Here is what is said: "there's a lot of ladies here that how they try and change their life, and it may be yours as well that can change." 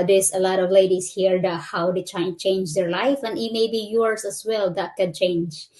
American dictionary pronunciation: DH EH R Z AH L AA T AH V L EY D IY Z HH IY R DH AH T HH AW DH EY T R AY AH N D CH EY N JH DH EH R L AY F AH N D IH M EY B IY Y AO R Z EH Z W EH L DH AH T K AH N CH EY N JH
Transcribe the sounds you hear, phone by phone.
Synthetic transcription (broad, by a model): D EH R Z AH L AA T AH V L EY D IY S HH IY R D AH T HH AW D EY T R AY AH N CH EY N JH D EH R L AY F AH N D IH M EY B IY Y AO R S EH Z W EH L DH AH T K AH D CH EY N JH